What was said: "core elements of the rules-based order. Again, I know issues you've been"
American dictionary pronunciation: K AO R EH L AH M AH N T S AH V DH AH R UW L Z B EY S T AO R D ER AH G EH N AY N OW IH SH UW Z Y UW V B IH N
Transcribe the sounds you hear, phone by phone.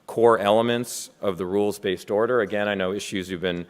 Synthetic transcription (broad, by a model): K AO R EH L AH M AH N T S AH V DH AH R UW L Z B EY S T AO R D ER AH G EH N AY N OW IH SH UW Z Y UW V B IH N